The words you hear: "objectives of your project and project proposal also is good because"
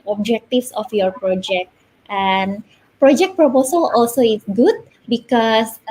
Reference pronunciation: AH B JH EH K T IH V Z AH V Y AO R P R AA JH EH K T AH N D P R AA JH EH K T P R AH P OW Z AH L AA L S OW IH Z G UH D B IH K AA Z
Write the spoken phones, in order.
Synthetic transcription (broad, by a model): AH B JH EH K T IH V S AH F Y AO R P R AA JH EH K T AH N P R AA JH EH K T P R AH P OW S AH L AA L S OW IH S G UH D B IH K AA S